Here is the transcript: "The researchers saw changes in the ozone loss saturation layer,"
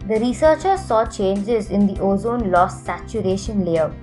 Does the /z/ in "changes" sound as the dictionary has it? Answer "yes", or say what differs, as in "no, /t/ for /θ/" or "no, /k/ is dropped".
yes